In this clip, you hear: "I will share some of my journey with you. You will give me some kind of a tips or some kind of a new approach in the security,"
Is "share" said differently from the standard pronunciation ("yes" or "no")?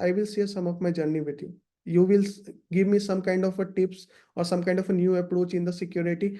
yes